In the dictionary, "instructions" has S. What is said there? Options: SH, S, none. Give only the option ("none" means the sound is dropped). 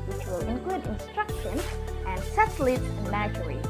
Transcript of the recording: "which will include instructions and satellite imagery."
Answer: S